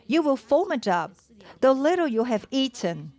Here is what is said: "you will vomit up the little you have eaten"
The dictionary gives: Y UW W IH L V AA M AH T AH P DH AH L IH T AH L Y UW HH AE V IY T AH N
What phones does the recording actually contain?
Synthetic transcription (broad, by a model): Y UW W IH L F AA M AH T AH P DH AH L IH T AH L Y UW HH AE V IY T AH N